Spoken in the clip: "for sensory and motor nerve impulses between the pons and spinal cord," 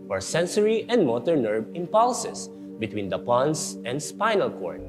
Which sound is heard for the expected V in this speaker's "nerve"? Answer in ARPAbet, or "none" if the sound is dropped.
B